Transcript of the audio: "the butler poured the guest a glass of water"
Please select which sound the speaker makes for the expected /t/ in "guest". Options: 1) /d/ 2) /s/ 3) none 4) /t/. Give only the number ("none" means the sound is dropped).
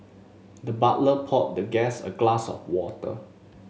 3